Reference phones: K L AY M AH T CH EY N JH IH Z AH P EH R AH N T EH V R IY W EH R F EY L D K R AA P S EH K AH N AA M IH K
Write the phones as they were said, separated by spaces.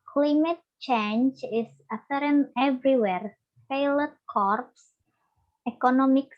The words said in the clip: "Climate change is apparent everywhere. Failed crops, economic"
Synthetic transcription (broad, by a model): K L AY M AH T CH EY N JH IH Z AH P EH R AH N EH V R IY W EH R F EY L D K R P S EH K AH N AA M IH K